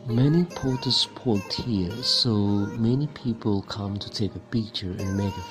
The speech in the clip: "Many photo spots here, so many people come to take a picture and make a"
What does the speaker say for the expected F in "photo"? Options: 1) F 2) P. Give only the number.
2